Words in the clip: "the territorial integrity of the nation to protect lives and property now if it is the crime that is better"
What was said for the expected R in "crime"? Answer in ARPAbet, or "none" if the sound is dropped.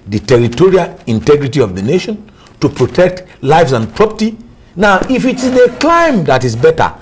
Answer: L